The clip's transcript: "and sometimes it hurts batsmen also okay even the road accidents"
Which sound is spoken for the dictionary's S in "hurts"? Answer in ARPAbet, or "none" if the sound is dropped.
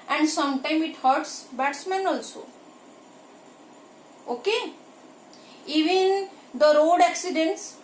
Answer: S